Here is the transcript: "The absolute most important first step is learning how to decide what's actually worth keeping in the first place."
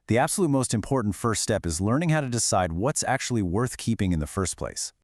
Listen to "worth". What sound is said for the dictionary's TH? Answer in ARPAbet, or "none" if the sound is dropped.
TH